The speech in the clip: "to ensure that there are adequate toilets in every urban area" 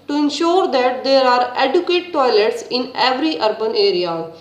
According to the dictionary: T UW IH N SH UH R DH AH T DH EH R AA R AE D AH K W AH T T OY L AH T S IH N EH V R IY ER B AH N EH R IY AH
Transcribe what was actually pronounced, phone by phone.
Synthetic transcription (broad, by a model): T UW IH N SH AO R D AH T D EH R AA R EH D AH K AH T T OY L AH T S IH N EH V R IY ER B AH N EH R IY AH